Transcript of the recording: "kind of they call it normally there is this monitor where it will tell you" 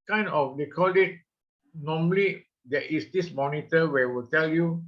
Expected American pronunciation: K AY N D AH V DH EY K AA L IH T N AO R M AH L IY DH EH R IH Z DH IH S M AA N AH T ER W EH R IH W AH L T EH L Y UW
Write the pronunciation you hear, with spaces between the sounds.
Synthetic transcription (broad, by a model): K AY N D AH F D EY K AA L IH T N AO M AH L IY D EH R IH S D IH S M AA N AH T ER W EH W AH L T EH L Y UW